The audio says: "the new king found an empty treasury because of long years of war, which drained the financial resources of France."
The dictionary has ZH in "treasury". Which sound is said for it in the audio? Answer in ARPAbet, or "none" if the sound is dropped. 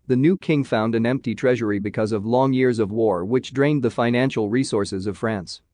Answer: ZH